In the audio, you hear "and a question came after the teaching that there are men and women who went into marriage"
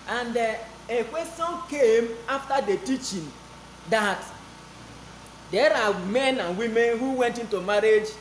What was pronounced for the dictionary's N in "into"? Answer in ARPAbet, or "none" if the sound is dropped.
N